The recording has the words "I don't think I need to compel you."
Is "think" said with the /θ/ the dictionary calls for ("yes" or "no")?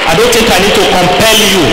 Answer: no